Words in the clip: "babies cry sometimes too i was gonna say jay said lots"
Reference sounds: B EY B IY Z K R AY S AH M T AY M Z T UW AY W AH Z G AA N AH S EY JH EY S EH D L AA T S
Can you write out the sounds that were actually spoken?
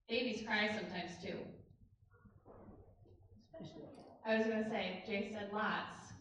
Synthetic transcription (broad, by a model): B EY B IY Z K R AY S AH M T AY M Z T UW AY W AH Z G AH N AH S EY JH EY S EH D L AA T S